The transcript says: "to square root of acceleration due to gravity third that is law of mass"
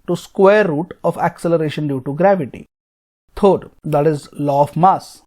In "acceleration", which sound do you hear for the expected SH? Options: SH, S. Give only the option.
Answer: SH